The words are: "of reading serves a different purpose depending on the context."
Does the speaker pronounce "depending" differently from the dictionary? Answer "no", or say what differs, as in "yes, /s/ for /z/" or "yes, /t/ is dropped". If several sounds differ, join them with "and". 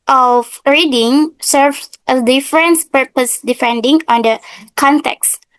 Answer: yes, /f/ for /p/